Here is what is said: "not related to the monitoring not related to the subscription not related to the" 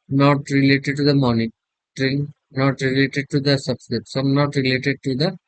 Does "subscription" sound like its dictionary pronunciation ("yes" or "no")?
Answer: no